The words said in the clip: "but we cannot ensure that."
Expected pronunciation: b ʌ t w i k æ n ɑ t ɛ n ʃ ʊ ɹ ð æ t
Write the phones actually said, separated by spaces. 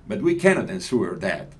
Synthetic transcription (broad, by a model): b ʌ t w i k æ n ɑ t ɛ n s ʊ ɹ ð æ t